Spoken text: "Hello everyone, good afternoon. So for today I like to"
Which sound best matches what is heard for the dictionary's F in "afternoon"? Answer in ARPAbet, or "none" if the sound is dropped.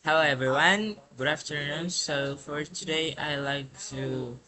F